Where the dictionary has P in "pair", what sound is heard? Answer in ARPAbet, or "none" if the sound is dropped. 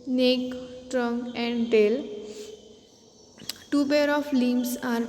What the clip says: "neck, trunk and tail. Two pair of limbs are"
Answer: B